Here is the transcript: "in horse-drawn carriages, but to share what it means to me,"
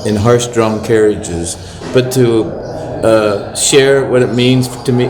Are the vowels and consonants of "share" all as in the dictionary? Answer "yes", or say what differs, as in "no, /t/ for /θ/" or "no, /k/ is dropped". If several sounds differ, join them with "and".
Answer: yes